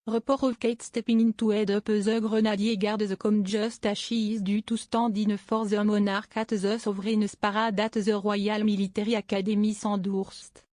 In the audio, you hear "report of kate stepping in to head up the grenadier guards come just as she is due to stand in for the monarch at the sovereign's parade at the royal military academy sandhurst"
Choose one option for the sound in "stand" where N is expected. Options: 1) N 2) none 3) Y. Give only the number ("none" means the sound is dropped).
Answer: 2